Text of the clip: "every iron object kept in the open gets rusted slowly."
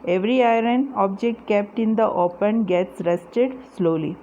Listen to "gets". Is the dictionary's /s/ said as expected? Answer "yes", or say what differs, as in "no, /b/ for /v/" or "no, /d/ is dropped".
yes